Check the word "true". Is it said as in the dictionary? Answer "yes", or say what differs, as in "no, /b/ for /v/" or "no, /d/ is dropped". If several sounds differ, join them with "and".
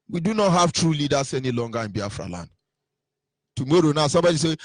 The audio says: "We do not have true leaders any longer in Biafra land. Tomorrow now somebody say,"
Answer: yes